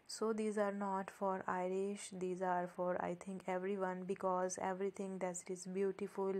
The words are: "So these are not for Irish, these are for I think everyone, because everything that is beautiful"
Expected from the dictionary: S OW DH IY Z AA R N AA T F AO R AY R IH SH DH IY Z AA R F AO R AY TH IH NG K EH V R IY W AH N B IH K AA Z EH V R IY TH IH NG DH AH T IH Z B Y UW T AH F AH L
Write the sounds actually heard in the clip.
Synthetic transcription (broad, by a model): S OW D IY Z AA R N AA T F AO R AY R IH SH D IY Z AA R F AO R AY T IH NG K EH V R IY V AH N B IH K AA Z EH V R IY T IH NG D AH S IH Z B Y UW T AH F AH L